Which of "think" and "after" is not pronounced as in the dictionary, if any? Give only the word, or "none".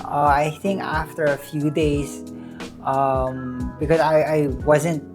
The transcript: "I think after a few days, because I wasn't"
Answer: none